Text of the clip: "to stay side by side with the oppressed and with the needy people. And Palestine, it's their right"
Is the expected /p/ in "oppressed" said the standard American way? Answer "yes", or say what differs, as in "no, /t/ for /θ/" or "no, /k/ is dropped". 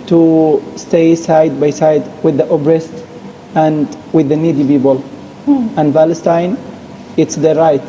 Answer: no, /b/ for /p/